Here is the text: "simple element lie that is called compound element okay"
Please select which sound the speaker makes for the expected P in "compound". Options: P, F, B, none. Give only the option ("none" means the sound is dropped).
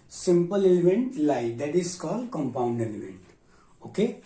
P